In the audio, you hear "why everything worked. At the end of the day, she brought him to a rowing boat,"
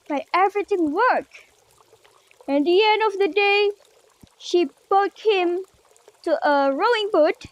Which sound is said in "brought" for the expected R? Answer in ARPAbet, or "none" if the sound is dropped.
none